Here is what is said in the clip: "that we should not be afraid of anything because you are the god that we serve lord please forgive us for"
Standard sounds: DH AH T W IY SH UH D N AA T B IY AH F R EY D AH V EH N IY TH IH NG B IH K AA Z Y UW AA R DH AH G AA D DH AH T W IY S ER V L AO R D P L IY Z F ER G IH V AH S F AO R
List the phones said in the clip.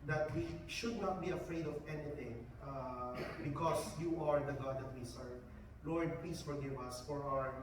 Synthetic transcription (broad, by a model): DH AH T W IY SH UH D N AA T B IY AH F R EY D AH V EH N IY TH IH NG B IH K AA S Y UW AA R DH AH G AA D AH T W IY S ER V L AO R D P IY S F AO G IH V AH S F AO R